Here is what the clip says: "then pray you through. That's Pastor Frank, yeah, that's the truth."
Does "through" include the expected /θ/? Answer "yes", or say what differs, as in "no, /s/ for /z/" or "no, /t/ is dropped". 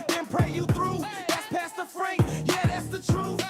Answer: yes